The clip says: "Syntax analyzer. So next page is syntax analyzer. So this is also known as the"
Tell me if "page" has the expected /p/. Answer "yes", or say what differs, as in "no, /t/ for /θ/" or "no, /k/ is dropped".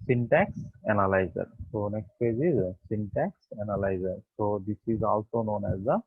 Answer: no, /f/ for /p/